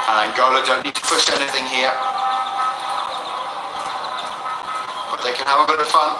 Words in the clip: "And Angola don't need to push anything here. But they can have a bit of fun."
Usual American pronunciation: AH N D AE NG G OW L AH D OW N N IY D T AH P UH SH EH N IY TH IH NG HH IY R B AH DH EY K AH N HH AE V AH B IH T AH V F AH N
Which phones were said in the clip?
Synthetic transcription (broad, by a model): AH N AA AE G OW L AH D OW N N IY D T AH P UH SH EH N IY TH IH NG HH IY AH B AH DH EY K AH N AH V AH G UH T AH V F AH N